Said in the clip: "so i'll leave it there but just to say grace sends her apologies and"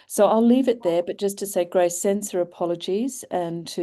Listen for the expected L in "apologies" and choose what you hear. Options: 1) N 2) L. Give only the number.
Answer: 2